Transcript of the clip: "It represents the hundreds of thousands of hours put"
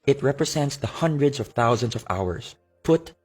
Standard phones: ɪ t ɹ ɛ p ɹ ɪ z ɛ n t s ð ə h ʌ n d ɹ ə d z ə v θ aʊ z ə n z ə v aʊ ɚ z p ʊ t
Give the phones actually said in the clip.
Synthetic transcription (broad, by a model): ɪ t ɹ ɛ p ɹ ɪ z ɛ n t s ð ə h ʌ n d ɹ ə d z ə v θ aʊ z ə n s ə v aʊ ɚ s p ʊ t